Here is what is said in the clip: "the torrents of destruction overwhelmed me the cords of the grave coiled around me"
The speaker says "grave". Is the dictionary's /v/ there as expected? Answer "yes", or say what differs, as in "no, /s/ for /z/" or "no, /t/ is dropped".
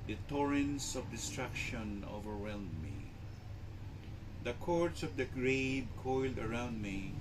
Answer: no, /b/ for /v/